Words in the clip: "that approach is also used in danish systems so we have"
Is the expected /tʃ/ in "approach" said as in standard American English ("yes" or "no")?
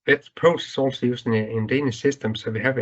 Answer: no